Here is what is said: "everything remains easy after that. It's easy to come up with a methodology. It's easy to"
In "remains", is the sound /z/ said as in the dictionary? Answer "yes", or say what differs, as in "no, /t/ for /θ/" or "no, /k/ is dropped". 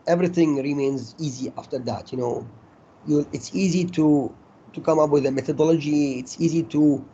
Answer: yes